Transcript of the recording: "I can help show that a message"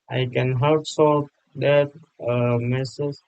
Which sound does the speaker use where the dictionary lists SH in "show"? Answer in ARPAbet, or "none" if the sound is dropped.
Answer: S